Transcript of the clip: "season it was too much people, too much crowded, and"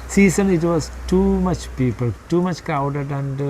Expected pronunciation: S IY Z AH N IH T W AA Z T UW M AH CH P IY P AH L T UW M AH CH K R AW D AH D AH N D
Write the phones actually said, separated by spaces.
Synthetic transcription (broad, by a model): S IY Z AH N IH T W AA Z T UW M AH CH P IY P AH L T UW M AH CH K AW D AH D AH N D